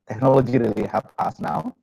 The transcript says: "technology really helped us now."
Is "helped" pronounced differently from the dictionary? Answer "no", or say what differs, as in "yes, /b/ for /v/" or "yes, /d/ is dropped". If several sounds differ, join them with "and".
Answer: yes, /t/ is dropped